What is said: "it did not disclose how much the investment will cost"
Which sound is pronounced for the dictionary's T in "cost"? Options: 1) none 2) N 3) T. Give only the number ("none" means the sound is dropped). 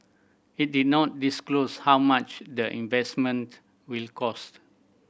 3